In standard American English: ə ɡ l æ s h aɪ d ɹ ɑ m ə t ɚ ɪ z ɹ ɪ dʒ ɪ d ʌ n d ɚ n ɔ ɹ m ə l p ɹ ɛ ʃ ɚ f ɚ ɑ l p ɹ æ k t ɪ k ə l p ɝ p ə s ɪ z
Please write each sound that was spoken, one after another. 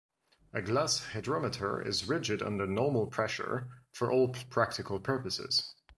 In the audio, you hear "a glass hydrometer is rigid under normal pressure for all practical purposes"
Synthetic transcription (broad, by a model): ə ɡ l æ s h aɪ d ɹ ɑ m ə t ɚ ɪ z ɹ ɪ dʒ ɪ d ʌ n d ɚ n ɔ ɹ m ə l p ɹ ɛ ʃ ɚ f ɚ ɑ l p ɹ æ k t ɪ k ə l p ɝ p ə s ɪ z